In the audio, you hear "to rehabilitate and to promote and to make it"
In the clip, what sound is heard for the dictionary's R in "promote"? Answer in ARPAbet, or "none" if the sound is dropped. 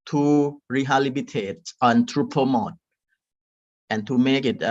none